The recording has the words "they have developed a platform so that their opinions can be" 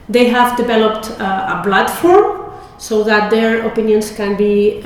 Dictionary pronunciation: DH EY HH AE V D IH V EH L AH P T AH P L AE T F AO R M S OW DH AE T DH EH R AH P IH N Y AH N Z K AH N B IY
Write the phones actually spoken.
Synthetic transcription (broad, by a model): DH EY HH AE V D IH V EH L AH P T AH B L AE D F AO R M S OW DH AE T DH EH R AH P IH N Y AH N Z K AH N B IY